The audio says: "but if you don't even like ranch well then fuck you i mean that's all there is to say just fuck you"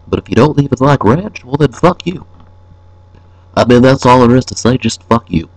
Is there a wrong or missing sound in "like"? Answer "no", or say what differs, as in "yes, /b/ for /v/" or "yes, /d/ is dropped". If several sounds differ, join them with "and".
no